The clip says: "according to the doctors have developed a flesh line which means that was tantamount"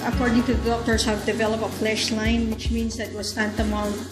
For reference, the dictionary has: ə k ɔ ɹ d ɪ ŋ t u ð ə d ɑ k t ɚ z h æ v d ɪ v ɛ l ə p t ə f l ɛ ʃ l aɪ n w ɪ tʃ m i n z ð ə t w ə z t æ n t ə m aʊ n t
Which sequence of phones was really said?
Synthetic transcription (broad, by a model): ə k ɔ ɹ d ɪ ŋ t u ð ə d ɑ k t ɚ s h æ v d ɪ v ɛ l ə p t ə f l ɛ ʃ l aɪ n w ɪ tʃ m i n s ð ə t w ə s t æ n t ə m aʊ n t